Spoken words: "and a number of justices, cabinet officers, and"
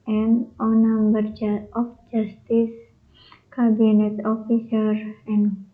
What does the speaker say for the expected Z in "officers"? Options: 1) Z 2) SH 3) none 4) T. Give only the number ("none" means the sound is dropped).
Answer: 3